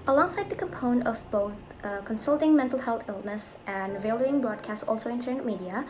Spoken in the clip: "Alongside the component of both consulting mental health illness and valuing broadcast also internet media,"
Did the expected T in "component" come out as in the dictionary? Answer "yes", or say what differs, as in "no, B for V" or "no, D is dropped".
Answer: no, T is dropped